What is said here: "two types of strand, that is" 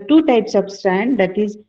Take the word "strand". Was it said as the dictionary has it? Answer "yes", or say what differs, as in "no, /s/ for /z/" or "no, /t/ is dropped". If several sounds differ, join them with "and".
no, /ɹ/ is dropped